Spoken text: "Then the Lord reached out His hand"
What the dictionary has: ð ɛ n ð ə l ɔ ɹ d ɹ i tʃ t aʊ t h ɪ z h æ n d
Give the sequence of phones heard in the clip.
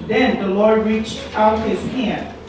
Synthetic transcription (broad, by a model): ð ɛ n ð ə l ɔ ɹ d ɹ i tʃ t aʊ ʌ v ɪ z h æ n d